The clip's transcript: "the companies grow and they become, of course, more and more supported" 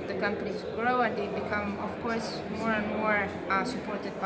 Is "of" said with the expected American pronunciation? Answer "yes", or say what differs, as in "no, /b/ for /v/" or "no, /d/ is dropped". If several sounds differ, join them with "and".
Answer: no, /f/ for /v/